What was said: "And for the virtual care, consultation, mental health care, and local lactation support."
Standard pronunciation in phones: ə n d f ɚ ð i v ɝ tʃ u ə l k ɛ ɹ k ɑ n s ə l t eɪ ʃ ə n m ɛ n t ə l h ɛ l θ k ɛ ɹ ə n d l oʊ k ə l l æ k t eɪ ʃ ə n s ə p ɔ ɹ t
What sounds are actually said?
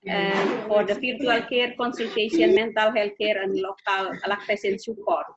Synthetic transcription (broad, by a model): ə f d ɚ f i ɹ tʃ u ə l k ɛ ɹ k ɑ n s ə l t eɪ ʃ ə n m ɛ n t ə l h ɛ l k ɛ ɹ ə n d l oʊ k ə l l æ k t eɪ s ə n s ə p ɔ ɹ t